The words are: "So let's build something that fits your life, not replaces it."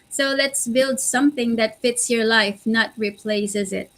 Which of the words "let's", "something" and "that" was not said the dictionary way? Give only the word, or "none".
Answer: none